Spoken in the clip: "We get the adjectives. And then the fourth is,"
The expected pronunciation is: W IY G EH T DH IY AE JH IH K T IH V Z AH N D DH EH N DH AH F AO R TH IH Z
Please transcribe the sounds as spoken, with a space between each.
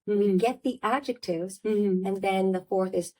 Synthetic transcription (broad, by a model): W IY G EH T DH IY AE JH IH K T IH V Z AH N DH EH N DH AH F AO R TH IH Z